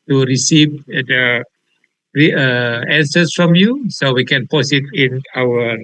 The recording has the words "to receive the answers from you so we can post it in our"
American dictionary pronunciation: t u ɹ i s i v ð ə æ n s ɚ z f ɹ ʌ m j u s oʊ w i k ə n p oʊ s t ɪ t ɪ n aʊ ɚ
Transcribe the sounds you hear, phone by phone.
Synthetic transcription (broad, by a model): t u ɹ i s i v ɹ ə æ n s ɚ s f ɹ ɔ m j u s oʊ w i k ə n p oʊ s ɪ t ɪ n aʊ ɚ